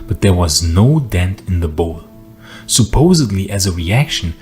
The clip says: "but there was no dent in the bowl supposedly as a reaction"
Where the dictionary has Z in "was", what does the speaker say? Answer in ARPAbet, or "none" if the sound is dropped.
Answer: Z